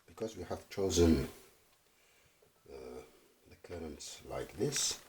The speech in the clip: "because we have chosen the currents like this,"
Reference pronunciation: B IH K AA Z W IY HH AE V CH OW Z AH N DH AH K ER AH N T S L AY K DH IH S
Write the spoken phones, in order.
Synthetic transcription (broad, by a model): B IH K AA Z W IY HH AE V CH OW Z AH N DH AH K ER AH N T S L AY K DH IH S